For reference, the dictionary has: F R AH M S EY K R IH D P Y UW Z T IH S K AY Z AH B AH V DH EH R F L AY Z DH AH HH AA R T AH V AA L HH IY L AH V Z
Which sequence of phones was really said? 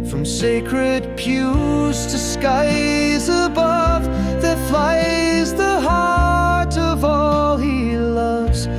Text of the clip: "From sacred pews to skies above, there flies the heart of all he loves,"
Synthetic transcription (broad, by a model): F R AH M S EY K R IH D P Y UW Z T IH S K AY Z AH B AH V DH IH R F L AY Z DH AH HH AA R T AH V AA L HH IY L AH V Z